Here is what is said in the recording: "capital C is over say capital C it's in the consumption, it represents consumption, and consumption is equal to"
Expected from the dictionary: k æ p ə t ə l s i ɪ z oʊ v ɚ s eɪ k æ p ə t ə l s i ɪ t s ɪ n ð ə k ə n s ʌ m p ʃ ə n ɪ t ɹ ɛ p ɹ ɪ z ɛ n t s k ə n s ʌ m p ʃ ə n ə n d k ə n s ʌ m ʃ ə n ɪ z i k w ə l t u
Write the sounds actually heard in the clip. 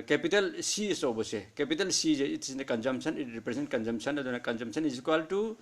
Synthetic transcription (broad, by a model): k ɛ p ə t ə l s i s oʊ b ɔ s eɪ k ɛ p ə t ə l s i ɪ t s ɪ n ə k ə n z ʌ m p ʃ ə n ɪ t ɹ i p ɹ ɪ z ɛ n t k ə n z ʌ m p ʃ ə n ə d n k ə n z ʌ m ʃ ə n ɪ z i k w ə l t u